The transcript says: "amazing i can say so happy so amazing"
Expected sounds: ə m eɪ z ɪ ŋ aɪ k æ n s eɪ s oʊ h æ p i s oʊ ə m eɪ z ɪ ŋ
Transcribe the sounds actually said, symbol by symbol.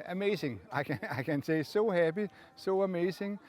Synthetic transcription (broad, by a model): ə m eɪ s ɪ ŋ aɪ k æ n s eɪ s oʊ h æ b i s oʊ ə m eɪ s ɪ ŋ